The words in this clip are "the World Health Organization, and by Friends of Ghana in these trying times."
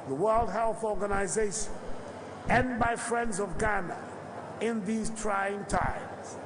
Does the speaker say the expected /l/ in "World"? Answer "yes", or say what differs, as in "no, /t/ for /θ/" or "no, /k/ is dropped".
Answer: yes